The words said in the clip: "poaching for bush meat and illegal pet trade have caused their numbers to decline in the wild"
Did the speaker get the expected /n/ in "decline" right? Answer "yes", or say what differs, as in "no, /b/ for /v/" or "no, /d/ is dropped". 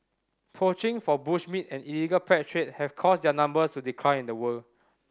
no, /n/ is dropped